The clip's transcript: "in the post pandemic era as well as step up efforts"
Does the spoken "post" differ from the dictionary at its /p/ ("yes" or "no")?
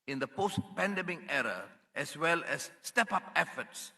no